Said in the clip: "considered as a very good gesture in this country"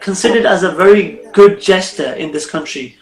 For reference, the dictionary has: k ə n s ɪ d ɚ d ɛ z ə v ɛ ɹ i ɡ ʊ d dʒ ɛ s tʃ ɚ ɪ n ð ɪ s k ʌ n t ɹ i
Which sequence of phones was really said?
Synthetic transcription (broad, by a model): k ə n s ɪ d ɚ d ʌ z ə v ɛ ɹ i ɡ ʊ d dʒ ɛ s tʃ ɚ ɪ n ð ɪ s k ʌ n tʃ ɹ i